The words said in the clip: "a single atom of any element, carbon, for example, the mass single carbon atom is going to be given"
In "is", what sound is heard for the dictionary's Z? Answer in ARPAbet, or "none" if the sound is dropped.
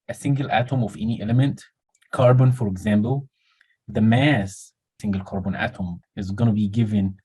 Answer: Z